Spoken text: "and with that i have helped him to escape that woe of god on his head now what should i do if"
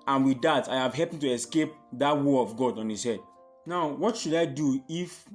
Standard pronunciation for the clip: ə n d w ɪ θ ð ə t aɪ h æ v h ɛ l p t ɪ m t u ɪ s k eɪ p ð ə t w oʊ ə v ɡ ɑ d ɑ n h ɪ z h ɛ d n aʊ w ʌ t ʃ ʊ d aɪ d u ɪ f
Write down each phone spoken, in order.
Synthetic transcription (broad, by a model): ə n w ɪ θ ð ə t aɪ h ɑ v h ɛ p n t u ɪ s k eɪ p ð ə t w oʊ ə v ɡ ɑ d ɑ n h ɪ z h ɛ d n aʊ w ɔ t ʃ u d aɪ d u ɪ f